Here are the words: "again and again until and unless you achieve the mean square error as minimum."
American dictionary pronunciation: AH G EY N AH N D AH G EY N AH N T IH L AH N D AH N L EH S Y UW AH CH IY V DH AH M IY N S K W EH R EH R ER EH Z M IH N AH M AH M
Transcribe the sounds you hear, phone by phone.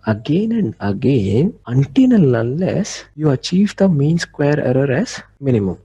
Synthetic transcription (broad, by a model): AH G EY N AH N D AH G EY N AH N T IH N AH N AH N L EH S Y UW AH CH IY V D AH M IY N S K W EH R EH R ER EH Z M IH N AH M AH M